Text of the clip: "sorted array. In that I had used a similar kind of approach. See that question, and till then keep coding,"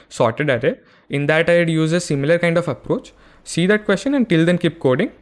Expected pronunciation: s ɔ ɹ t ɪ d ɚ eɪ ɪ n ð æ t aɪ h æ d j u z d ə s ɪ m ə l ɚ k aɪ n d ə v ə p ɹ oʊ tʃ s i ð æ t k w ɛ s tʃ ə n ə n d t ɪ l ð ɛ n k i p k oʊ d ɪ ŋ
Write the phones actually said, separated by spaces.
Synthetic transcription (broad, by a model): s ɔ ɹ t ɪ d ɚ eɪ ɪ n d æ t aɪ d j u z ə s ɪ m ə l ɚ k aɪ n d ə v ə p ɹ oʊ tʃ s i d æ t k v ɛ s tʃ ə n ə n d t ɪ l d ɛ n k i p k oʊ d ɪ ŋ